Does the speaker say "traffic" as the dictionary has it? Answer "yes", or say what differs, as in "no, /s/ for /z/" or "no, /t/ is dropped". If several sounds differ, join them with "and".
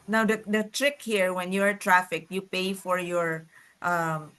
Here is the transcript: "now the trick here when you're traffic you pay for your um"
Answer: yes